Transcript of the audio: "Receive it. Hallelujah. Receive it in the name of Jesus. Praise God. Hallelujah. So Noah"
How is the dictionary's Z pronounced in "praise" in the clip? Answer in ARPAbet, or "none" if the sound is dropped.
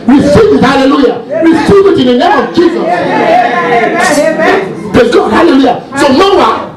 none